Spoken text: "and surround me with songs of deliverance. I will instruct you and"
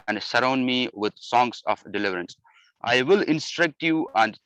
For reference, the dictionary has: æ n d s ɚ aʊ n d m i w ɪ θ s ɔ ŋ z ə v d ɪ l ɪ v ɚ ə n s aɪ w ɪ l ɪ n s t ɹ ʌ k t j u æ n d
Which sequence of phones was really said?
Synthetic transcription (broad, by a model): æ n d s ɚ aʊ n d m i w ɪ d s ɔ ŋ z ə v d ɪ l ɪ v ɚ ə n s aɪ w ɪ l ɪ n s t ɹ ʌ k t j u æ n d